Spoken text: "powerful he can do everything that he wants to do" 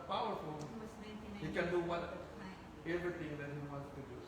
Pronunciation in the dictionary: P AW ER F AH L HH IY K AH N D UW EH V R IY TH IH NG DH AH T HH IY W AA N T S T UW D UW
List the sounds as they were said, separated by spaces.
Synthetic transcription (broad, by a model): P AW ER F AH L HH IY K AH N D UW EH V R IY T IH NG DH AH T HH IY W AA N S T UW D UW